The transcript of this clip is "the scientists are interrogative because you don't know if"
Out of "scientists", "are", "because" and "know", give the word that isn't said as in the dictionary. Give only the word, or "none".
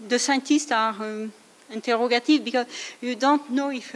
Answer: scientists